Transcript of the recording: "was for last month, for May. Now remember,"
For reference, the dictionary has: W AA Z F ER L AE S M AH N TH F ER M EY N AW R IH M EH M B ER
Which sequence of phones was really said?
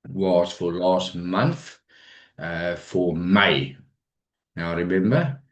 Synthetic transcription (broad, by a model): W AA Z F ER L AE S M AH N TH F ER M EY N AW R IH M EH M B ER